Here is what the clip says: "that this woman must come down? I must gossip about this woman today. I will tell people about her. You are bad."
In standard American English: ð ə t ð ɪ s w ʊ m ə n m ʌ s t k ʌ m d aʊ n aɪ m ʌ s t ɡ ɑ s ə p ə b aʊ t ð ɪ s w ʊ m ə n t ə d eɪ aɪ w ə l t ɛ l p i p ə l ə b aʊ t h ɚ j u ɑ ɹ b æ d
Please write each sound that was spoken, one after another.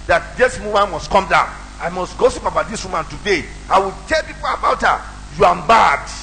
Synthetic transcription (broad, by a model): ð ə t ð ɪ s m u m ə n m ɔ s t k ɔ m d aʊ aɪ m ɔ s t ɡ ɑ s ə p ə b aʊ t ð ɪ s w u m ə n t ə d eɪ aɪ w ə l t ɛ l p i p ə l ə b aʊ t h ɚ j u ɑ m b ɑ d